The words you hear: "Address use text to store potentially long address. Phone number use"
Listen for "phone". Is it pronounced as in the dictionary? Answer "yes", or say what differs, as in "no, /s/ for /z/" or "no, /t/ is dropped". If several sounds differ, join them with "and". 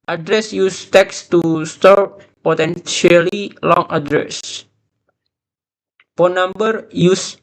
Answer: no, /p/ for /f/